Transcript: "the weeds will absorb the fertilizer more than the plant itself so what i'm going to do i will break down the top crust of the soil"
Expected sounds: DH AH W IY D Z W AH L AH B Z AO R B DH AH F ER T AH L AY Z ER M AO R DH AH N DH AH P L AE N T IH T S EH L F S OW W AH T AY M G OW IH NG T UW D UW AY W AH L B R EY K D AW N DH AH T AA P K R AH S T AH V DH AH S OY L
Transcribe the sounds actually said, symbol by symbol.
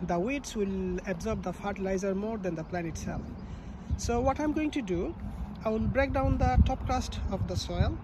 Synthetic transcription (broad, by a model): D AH W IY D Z W AH L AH B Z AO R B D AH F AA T L AY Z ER M AO R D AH N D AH P L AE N IH T S EH L F S OW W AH T AY M G OW IH NG T UW D UW AY W AH L B R EY K D AW N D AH T AA P K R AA S T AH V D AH S OY L